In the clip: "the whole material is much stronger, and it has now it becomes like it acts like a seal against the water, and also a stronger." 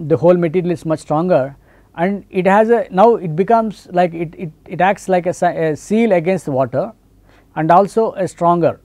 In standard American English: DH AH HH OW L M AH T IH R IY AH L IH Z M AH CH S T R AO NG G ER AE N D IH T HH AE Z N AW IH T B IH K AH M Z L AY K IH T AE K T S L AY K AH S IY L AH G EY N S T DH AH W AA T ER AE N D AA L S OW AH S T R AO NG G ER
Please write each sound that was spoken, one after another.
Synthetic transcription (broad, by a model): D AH HH OW L M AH T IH R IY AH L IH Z M AH CH S T R AO NG G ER AE N D IH T HH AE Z N AW IH T B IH K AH M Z L AY K IH T AE K T S L AY K AH S IY L AH G EY N S T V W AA T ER AE N D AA L S OW AH S T R AO NG G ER